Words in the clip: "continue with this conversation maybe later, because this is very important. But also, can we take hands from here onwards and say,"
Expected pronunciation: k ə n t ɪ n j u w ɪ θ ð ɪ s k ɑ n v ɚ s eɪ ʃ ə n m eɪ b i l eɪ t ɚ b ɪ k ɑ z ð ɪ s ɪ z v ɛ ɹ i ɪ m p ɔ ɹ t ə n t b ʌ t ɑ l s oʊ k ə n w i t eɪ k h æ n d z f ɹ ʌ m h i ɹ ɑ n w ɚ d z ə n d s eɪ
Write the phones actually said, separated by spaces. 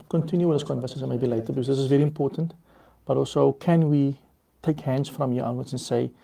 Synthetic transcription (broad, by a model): k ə n t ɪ n j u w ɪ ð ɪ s k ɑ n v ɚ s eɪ s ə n m eɪ b i l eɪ t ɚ b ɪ k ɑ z ð ɪ s ɪ z v ɛ ɹ i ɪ m p ɔ t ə n t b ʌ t ɑ l s oʊ k ə n w i t eɪ k h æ n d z f ɹ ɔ m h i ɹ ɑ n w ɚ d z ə n s eɪ